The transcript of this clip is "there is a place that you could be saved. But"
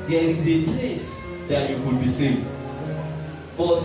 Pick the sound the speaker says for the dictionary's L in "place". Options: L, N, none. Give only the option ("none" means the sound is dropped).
L